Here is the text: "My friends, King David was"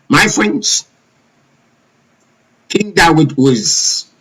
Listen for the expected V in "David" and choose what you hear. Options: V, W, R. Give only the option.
W